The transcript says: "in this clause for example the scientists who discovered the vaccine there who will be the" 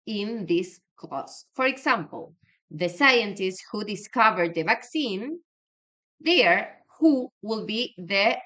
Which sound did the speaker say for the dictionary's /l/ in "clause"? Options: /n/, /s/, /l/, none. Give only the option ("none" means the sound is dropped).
none